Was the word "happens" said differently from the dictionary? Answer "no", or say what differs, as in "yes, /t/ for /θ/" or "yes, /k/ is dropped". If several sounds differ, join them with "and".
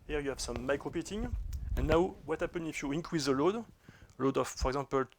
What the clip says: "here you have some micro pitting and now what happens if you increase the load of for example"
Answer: yes, /z/ is dropped